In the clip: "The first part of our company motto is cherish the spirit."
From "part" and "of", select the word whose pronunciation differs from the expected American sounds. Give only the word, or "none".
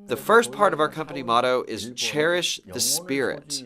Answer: none